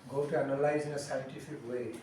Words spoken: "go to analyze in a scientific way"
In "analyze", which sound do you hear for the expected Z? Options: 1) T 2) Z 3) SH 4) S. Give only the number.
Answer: 2